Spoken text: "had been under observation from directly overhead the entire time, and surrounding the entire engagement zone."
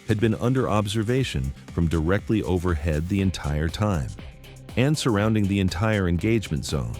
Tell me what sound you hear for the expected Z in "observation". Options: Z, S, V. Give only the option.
Z